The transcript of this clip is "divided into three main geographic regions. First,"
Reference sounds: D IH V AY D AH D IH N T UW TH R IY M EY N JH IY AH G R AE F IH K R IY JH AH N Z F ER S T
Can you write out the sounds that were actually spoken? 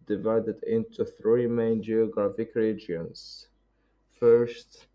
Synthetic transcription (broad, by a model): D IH V AY D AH D IH N T UW TH R IY M EY N JH IY AH G R AE F IH K R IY JH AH N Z F ER S T